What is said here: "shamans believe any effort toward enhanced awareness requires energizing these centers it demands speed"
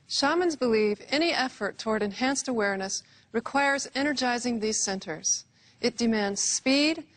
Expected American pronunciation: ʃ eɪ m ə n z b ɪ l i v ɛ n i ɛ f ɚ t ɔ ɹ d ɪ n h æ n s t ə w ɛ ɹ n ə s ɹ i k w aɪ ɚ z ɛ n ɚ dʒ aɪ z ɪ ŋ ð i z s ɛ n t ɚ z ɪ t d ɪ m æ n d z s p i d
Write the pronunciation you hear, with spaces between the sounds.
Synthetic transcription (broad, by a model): ʃ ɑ m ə n z b ɪ l i v ɛ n i ɛ f ɚ t ɔ ɹ d ɪ n h æ n s t ə w ɛ ɹ n ə s ɹ i k w aɪ ɚ z ɛ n ɚ dʒ aɪ z ɪ ŋ ð i z s ɛ n t ɚ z ɪ t d ɪ m æ n d z s p i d